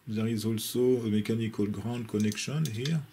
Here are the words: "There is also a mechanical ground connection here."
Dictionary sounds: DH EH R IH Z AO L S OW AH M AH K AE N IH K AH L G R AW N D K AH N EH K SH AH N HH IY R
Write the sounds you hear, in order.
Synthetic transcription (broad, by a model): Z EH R IH Z AO L S OW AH M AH K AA N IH K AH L G R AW D K AH N EH K SH AH N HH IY R